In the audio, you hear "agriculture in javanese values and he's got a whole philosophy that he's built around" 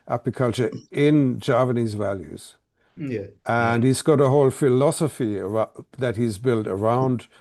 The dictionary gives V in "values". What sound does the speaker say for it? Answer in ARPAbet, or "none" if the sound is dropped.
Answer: V